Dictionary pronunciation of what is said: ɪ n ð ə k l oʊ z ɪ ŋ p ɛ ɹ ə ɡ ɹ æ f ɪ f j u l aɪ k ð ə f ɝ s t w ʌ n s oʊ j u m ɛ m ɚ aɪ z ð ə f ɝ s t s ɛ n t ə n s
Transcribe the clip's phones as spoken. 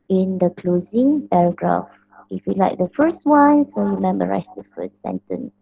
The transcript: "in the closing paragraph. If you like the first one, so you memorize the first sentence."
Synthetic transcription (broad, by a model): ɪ n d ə k l oʊ z ɪ ŋ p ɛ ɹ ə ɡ ɹ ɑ f ɪ f j u l aɪ k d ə f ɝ s t w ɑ n s oʊ j u m ɛ m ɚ aɪ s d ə f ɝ s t s ɛ n t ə n s